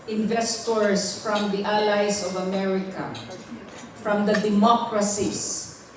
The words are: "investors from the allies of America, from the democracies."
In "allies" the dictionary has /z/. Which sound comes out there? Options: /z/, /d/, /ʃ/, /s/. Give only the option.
/s/